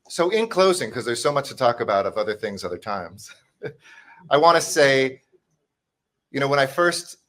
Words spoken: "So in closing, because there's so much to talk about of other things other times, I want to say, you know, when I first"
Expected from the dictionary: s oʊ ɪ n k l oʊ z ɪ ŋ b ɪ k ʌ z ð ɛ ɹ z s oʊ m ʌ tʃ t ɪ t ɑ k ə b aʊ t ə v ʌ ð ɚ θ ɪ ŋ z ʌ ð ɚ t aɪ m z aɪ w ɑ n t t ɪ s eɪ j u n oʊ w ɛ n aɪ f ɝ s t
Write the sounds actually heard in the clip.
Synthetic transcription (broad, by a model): s oʊ ɪ n k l oʊ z ɪ ŋ k ʌ z ð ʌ ɹ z s oʊ m ʌ tʃ t ɪ t ɑ k ə b aʊ t ə v ʌ ð ɚ θ ɪ ŋ z ʌ ð ɚ t aɪ m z aɪ w ɑ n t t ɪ s eɪ j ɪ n oʊ w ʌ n aɪ f ɝ s t